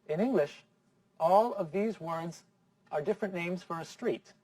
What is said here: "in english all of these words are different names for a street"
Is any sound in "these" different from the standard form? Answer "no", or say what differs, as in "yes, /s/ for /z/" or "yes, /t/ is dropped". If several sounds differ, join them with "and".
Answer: no